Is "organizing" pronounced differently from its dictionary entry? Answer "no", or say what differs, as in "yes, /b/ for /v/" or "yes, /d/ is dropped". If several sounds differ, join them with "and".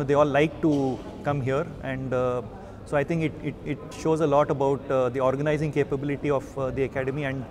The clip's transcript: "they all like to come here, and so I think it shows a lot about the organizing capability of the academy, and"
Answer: no